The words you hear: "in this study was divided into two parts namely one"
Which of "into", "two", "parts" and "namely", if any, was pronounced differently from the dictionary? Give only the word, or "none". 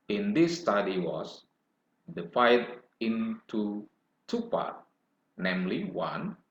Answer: parts